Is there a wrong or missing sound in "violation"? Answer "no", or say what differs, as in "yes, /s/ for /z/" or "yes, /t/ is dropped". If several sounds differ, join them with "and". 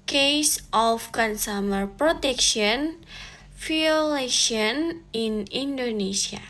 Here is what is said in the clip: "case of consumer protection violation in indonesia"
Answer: yes, /f/ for /v/